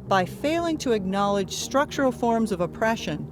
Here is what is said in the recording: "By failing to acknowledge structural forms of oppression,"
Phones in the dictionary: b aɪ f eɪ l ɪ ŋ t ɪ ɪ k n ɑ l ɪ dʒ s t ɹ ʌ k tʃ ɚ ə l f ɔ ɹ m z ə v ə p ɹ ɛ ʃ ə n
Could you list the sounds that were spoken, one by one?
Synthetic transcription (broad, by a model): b aɪ f eɪ l ɪ ŋ t ɪ ɪ k n ɑ l ɪ dʒ s t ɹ ʌ k tʃ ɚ l f ɔ ɹ m z ə v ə p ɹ ɛ ʃ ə n